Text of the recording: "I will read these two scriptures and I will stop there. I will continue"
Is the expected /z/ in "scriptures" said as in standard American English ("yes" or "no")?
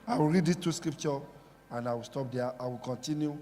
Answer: no